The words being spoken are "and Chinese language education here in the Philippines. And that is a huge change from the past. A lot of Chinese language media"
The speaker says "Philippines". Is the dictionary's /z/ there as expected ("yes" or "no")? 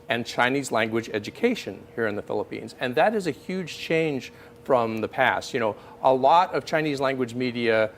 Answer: yes